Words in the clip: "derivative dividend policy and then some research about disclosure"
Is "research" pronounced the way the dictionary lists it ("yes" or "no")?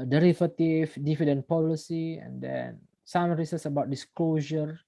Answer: no